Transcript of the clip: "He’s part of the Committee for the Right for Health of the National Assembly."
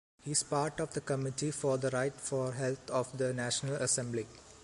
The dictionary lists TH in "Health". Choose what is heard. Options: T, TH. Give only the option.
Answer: T